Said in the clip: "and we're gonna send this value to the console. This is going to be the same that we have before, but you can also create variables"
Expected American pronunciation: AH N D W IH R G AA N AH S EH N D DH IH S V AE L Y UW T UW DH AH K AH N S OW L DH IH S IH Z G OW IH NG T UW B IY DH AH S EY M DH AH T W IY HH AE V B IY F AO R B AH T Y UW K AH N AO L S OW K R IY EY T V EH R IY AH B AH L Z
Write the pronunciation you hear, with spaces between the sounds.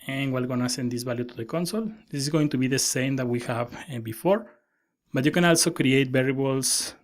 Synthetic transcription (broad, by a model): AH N W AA L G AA N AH S EH N D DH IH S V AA L Y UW T UW DH AH K AH N S OW L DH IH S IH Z G OW IH NG T UW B IY DH AH S EY M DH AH T W IY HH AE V B IY F AO R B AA T Y UW K AH N AO L S OW K R IY EY T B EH R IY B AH L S